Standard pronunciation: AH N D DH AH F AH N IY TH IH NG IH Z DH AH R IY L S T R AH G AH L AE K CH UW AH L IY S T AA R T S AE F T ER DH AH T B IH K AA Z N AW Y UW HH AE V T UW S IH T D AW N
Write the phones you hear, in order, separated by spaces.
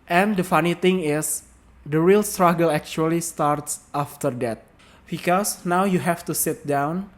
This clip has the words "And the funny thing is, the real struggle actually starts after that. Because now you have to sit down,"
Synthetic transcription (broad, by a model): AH N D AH F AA N IY T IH NG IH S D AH R IY L S T R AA G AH L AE K CH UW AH L IY S T AA R T S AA F T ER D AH T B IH K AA S N AW Y UW HH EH F T UW S IH T D AW N